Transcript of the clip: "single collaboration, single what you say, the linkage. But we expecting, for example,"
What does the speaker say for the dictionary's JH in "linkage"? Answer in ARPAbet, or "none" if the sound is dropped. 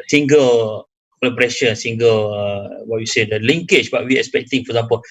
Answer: CH